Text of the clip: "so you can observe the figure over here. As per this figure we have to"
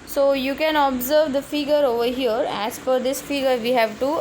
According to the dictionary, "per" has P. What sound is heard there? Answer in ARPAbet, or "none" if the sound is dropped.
F